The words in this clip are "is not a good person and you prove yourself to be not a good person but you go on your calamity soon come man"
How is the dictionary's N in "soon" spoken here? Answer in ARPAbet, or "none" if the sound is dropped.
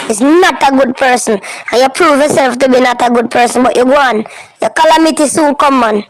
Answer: L